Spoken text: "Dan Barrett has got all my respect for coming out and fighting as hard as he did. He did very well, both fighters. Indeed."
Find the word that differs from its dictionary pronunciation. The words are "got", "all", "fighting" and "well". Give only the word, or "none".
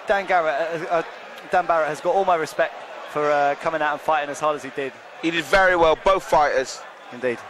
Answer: none